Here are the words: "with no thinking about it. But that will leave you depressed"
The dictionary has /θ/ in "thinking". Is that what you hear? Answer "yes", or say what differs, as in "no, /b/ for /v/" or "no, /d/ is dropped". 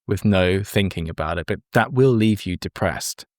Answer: yes